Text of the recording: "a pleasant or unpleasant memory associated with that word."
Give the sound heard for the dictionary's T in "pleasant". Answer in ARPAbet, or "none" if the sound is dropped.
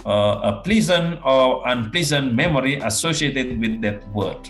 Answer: none